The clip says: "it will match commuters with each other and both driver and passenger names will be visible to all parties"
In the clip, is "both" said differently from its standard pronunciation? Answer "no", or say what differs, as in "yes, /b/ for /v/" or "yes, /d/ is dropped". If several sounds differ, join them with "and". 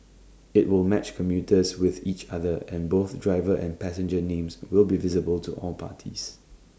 no